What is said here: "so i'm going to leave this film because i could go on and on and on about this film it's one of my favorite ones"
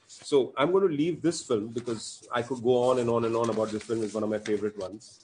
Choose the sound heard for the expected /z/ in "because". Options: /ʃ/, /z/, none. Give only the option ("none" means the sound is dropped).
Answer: /z/